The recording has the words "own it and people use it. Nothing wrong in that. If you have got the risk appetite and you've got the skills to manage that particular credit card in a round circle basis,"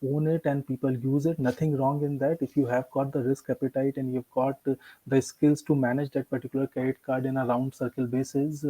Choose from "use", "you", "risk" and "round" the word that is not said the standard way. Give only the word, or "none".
none